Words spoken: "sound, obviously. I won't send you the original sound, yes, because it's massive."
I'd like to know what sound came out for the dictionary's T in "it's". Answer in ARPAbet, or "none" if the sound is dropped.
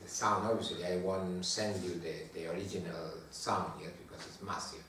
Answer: T